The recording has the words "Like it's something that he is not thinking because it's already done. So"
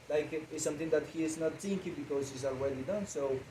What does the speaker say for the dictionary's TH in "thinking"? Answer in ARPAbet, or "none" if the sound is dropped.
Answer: S